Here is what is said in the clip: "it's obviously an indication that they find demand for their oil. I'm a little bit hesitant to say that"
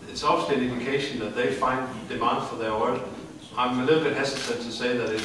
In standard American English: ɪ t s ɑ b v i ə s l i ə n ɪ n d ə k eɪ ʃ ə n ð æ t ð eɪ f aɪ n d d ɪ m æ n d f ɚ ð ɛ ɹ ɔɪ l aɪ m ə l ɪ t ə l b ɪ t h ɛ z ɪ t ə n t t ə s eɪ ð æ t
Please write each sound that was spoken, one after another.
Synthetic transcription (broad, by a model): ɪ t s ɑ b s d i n ɪ n d ə k eɪ ʃ ə n ð æ t ð eɪ f aɪ n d d ɪ m æ n d f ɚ ð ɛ w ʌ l aɪ m ə l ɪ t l b ɪ t h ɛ s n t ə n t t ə s eɪ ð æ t